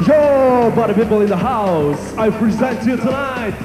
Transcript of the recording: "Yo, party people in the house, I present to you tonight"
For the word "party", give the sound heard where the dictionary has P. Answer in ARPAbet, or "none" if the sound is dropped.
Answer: B